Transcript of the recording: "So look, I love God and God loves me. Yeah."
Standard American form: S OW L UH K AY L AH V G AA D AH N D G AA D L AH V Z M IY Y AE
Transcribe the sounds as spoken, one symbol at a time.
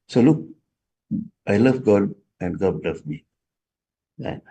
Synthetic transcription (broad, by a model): S OW L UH K AY L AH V G AA D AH N G AA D L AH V M IY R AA